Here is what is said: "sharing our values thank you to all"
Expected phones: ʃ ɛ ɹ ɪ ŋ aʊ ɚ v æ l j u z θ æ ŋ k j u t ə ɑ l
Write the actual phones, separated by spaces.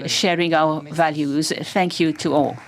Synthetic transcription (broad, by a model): ʃ ɛ ɹ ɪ ŋ aʊ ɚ v æ l j u z θ æ ŋ k j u t ə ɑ l